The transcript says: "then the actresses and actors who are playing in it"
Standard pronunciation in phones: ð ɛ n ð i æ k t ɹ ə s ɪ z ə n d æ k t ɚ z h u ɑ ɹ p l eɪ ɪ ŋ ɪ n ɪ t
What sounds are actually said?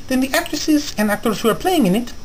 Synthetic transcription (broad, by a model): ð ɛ n ð i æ k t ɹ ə s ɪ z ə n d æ k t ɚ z h u ɑ ɹ p l eɪ ɪ ŋ ɪ n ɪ t